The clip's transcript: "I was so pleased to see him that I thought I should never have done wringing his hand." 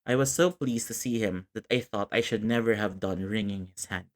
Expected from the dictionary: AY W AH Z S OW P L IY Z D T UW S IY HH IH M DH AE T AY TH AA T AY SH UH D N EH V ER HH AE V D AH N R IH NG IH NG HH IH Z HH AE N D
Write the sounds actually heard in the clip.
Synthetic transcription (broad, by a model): AY W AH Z S OW P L IY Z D T UW S IY HH IH M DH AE T AY TH AA T AY SH UH D N EH V ER HH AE V D AH N R IH NG IH NG HH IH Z HH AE N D